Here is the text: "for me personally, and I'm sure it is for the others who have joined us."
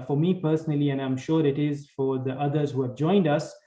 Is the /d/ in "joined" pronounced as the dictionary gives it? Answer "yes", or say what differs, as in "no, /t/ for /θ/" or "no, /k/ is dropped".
yes